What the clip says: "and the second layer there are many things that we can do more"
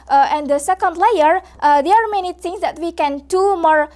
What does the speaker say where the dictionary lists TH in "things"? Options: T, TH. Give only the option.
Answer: T